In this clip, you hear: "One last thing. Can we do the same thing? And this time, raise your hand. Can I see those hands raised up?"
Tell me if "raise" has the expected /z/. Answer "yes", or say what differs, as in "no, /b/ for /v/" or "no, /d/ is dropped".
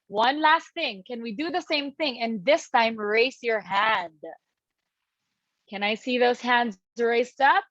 no, /s/ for /z/